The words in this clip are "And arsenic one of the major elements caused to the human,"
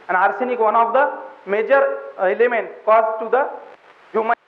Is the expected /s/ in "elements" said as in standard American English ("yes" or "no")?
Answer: no